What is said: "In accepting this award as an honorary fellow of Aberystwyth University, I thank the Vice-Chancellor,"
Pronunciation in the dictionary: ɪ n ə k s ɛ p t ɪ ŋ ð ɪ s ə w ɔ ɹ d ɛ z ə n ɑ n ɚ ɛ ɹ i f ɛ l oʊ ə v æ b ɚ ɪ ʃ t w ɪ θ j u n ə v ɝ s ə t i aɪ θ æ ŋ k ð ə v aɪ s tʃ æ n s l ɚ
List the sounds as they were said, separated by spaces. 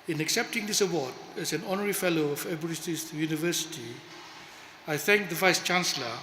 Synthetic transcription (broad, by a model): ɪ n ə k s ɛ p t ɪ ŋ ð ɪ s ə w ɔ d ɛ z ə n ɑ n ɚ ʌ ɹ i f ɛ l oʊ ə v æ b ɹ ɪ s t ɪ s j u n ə v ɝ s t i aɪ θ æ ŋ k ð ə v aɪ s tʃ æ n s l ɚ